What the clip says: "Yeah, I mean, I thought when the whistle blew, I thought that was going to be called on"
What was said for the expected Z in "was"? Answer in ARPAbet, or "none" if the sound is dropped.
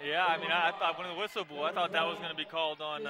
Z